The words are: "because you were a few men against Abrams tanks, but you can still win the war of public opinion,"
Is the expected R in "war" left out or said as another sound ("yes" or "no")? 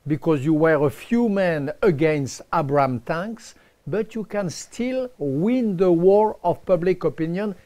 no